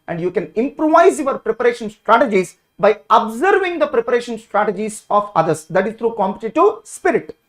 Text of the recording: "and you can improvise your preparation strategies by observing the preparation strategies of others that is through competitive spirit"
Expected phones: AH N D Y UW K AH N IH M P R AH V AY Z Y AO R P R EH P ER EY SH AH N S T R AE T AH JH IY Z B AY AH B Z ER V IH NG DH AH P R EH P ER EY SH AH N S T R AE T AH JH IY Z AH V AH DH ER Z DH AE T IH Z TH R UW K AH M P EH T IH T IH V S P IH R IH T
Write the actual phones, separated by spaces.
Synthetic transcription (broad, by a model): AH N D Y UW K AH N IH M P R AH V AY Z Y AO R P R EH P ER EY SH AH N S T R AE T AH JH IY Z B AY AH B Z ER V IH NG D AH P R EH P ER EY SH AH N S T R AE T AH JH IY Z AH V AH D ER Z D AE T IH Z T R UW K AH M P EH T IH T IH V S P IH R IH T